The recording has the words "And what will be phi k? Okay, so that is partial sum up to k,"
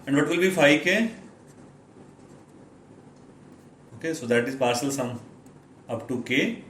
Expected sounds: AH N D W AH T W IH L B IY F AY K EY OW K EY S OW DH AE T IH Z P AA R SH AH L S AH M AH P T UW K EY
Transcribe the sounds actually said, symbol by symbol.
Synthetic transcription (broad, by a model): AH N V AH T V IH L B IY F AY K EY OW K EY S OW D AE T IH Z P AA R S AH L S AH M AH P T UW K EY